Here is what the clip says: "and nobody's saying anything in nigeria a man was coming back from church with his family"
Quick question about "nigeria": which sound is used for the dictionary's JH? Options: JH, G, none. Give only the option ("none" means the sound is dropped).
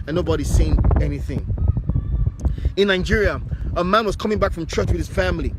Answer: JH